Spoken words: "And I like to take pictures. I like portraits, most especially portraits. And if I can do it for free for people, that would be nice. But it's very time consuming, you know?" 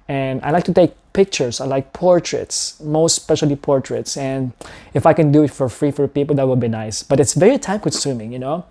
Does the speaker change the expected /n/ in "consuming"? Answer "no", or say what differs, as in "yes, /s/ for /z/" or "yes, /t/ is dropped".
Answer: yes, /n/ is dropped